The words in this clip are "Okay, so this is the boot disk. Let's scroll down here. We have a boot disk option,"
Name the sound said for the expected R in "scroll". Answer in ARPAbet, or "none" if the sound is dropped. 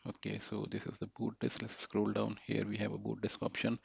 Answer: R